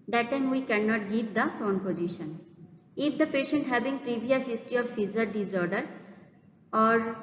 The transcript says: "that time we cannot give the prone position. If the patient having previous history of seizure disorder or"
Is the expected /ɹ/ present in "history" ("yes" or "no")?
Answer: no